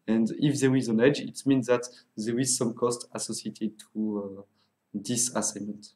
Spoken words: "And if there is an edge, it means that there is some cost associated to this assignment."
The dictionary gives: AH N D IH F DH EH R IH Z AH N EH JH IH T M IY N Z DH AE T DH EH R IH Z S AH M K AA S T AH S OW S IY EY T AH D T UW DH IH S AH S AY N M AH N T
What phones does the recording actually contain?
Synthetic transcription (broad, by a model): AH N D IH F DH EH R IH Z AH N EH JH IH T M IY N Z DH AE T DH EH R IH Z S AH M K AA S T AH S OW S IY EY T AH D T UW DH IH S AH S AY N M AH N T